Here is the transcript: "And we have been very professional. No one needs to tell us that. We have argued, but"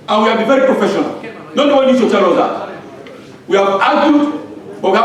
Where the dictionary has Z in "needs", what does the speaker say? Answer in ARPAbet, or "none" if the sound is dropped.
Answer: none